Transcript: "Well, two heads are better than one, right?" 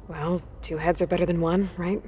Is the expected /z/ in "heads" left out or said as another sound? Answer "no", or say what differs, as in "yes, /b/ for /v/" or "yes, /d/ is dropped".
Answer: no